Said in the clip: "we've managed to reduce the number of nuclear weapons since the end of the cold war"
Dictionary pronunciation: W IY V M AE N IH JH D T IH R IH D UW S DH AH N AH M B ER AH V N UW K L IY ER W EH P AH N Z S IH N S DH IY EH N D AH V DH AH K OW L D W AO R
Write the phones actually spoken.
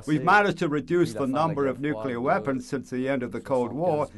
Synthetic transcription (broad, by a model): W IY V M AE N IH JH T IH R IH D UW S DH AH N AH M B ER AH V N UW K L IY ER W EH P AH N Z S IH N S DH IY EH N D AH V DH AH K OW L D W AO R